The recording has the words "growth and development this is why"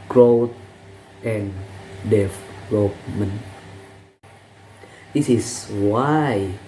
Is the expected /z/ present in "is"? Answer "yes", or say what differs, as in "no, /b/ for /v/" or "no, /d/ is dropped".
no, /s/ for /z/